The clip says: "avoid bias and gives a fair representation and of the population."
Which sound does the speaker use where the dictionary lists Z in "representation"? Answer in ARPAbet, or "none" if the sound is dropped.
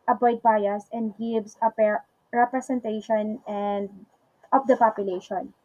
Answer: S